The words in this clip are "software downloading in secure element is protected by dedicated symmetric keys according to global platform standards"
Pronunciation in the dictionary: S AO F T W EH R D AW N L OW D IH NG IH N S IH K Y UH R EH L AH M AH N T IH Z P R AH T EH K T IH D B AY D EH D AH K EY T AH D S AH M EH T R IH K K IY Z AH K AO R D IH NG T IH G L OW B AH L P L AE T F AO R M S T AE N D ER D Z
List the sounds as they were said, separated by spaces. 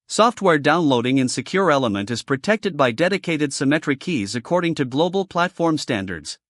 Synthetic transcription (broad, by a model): S AO F T W EH R D AW N L OW D IH NG IH N S IH K Y UH R EH L AH M AH N T IH Z P R AH T EH K T IH D B AY D EH D AH K EY T AH D S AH M EH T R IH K K IY Z AH K AO R D IH NG T IH G L OW B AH L P L AE T F AO R M S T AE N D ER D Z